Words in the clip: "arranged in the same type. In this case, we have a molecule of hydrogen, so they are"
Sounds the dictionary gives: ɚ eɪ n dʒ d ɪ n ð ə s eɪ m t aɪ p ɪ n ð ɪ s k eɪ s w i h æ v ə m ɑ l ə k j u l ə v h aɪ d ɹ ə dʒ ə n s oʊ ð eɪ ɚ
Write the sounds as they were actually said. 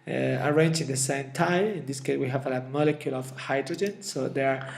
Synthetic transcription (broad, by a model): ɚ eɪ n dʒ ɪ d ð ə s eɪ m t aɪ ɪ n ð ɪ s k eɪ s w i h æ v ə m ɑ l ə k j u l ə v h aɪ d ɹ ə dʒ ə n s oʊ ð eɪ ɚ